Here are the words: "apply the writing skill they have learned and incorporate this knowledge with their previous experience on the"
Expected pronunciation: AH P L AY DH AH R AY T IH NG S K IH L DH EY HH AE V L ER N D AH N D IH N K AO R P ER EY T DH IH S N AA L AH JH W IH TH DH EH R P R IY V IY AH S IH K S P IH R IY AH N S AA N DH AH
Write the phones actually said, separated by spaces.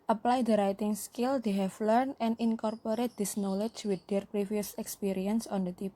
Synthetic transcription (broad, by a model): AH P L AY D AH R AY T IH NG S K IH L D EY HH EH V L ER N AH N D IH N K AO R P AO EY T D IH S N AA L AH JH W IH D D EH R P R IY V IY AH S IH K S P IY R IY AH N S AA N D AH